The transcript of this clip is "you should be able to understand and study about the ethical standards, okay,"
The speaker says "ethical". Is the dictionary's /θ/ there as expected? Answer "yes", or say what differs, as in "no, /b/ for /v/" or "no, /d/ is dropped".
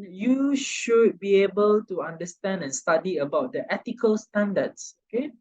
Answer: no, /t/ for /θ/